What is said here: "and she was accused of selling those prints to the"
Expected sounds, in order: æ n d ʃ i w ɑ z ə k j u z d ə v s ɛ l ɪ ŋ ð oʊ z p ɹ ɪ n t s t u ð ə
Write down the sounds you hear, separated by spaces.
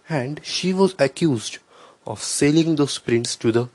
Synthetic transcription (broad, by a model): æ n d ʃ i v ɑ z ə k j u z d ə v s ɛ l ɪ ŋ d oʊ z p ɹ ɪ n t s t u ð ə